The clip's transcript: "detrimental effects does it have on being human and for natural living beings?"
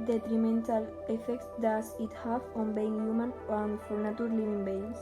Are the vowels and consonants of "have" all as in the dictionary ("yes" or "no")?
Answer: no